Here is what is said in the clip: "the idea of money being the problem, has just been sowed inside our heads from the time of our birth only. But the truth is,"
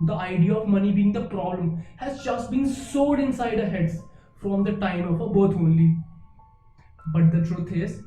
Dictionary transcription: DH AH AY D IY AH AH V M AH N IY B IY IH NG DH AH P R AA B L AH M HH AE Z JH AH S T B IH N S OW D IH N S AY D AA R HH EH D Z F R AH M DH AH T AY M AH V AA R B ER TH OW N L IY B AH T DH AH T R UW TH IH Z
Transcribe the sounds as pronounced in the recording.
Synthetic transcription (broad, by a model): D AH AY D IY AH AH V M AH N IY B IY IH NG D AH P R AA B L AH M HH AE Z JH AH S T B IH N S OW D IH N S AY D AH HH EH D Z F R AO M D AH T AY M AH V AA B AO T OW N L IY B AH T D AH T R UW T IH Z